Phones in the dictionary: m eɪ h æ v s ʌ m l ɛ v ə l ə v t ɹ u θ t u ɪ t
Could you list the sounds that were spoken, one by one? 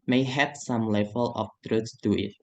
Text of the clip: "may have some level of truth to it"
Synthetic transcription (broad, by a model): m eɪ h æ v s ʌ m l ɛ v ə l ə f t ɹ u s t u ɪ t